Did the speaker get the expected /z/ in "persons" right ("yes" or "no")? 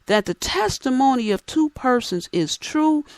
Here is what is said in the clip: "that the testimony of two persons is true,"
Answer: yes